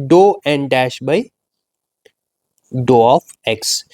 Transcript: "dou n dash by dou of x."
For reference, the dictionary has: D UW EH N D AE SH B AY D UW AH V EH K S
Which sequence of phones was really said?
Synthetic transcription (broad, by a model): D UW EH N D AE SH B AY D UW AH F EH K S